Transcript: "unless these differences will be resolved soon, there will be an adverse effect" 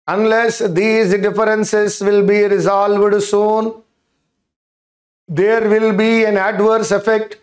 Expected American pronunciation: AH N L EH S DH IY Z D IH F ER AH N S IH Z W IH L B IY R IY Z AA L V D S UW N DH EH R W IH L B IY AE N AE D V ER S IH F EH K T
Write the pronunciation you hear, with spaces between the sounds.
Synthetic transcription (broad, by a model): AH N L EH S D IY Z D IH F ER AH N S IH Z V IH L B IY R IY Z AA L V D S UW N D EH R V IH L B IY AE N AE D V ER S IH F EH K T